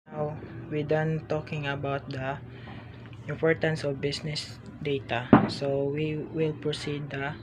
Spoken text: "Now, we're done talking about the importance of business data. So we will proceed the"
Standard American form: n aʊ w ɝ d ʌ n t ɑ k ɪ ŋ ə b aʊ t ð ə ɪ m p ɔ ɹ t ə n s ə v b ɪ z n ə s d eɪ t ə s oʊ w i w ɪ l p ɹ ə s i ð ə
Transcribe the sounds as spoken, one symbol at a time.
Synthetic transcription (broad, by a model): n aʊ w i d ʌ n t ɑ k ɪ ŋ ə b aʊ t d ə ɪ m p ɔ ɹ t ə n s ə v b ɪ s n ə s d eɪ t ə s oʊ w i w ɪ l p ɹ ə s i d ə